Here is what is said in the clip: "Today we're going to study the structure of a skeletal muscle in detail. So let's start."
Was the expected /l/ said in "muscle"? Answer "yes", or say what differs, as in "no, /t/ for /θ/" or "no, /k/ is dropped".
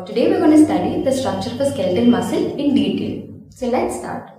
yes